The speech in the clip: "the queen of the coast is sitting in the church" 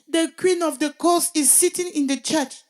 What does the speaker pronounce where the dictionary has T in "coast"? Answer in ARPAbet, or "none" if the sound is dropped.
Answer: none